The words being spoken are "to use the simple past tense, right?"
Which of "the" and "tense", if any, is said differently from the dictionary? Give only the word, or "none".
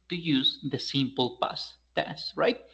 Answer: tense